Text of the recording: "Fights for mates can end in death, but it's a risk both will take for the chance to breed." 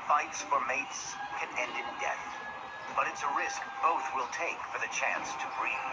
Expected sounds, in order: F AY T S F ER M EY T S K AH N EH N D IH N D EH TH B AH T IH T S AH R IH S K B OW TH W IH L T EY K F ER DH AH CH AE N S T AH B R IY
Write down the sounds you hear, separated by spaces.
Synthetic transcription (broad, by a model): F AY T S F ER M EY T S K AH N EH N D IH N D EH TH B AH T IH T S AH R IH S K B OW TH W IH L T EY K F ER DH AH CH AE N S T AH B R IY